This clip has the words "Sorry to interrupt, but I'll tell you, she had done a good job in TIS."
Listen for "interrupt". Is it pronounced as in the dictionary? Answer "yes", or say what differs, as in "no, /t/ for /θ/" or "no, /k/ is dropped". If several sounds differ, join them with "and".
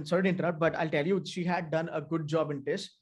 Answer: no, /p/ is dropped